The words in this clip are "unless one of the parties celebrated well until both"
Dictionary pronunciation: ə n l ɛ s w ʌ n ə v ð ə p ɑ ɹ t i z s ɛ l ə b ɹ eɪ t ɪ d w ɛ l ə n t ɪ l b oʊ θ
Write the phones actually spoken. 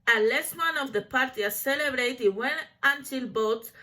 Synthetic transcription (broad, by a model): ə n l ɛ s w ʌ n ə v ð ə p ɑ ɹ t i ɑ s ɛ l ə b ɹ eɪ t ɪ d w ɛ n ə n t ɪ l b oʊ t